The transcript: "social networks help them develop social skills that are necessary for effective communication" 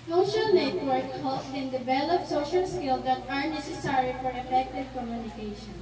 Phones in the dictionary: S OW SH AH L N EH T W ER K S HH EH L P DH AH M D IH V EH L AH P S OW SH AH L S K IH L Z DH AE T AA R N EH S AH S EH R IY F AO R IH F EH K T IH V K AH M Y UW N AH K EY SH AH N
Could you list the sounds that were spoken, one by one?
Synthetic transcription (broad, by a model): S OW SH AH L N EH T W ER K HH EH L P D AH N D IH V EH L AH P S OW SH AH L S K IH L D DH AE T AA R N EH S AH S EH R IY F AO R IH F EH K T IH V K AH M Y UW N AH K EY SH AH N